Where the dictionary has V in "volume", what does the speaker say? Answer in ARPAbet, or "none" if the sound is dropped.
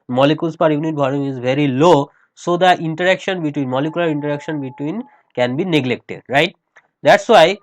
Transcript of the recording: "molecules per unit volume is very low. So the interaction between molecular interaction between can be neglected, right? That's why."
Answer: B